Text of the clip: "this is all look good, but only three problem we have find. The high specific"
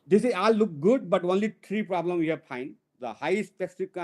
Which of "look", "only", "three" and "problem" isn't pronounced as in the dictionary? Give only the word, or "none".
three